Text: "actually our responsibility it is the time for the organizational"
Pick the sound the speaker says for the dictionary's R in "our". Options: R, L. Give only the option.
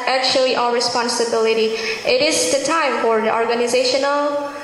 L